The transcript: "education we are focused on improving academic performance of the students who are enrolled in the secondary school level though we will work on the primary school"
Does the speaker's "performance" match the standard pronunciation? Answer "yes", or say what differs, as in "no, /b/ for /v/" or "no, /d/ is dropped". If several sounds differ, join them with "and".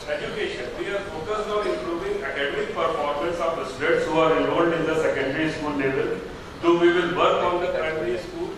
no, /l/ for /n/